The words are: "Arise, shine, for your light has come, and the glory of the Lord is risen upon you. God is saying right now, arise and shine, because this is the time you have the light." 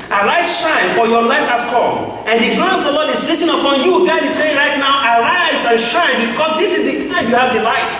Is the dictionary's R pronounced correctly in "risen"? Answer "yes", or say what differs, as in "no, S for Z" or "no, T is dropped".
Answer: no, L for R